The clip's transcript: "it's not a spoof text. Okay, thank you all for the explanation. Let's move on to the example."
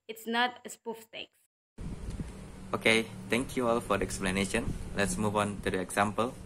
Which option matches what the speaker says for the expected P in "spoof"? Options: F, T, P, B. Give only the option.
P